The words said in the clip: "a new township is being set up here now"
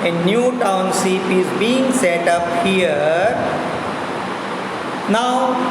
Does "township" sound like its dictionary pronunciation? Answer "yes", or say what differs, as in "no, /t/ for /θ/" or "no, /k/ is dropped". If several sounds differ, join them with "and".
no, /s/ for /ʃ/